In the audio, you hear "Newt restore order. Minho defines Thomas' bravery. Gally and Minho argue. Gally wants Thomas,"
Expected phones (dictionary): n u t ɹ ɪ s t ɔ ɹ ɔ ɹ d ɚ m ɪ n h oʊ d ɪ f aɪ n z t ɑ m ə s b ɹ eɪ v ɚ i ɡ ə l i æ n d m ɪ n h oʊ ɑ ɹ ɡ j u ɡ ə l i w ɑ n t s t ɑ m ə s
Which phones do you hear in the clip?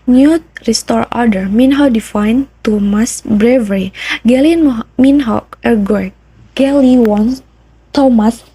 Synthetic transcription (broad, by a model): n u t ɹ ɪ s t ɔ ɹ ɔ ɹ d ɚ m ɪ n h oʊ d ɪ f aɪ n t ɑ m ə s b ɹ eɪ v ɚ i ɡ ə l i n m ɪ n h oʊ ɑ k ɡ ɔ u ɡ ə l i w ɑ n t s t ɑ m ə s